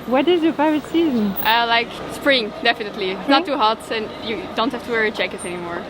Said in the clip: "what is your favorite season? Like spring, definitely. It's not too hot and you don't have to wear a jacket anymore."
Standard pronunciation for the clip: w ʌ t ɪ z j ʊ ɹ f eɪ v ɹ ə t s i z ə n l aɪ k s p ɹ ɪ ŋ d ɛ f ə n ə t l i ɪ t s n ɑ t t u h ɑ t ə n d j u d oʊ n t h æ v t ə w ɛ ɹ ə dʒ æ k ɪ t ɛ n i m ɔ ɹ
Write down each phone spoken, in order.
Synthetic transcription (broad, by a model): w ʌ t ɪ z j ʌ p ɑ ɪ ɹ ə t s i z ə n l aɪ k s p ɹ ɪ ŋ d ɛ f ə n ə t l i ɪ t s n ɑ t t u h ɑ t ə n j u d oʊ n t h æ f t ə w ɛ ɹ ə tʃ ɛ k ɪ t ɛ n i m ɔ ɹ